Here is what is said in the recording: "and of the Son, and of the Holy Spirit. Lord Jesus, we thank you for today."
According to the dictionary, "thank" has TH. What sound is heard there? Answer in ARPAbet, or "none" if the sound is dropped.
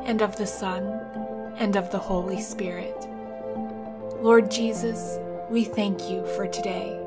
TH